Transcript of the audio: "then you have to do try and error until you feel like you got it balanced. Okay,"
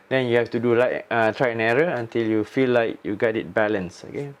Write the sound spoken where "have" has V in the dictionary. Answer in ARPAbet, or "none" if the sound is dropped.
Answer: F